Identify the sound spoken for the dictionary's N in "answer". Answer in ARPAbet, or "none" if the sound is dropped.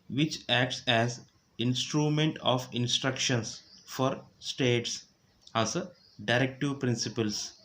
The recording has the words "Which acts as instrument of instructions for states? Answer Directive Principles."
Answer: none